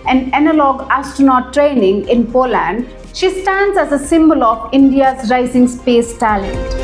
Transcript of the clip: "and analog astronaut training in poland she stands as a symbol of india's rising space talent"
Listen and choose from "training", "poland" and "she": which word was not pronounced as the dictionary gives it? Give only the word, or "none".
none